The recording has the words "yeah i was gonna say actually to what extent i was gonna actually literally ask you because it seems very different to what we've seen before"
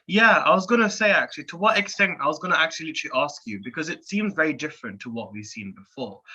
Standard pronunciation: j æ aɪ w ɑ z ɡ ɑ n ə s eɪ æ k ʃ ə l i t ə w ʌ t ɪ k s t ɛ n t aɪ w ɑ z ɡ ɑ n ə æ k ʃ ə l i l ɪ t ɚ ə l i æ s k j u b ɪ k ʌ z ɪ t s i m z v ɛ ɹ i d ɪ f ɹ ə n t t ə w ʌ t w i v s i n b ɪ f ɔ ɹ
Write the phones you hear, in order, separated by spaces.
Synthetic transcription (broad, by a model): j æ aɪ w ɑ z ɡ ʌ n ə s eɪ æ k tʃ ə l i t ə w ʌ t ɪ k s t ɛ n t aɪ w ɑ z ɡ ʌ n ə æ k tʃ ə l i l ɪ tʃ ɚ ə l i s k j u b ɪ k ʌ z ɪ t s i m z v ɛ ɹ i d ɪ f ɹ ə n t t ə w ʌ t w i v s i n b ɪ f ɔ ɹ